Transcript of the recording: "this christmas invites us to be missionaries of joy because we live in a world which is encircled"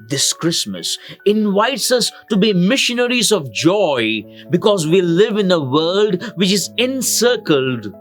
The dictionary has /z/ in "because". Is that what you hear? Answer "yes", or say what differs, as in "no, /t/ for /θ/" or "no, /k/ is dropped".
yes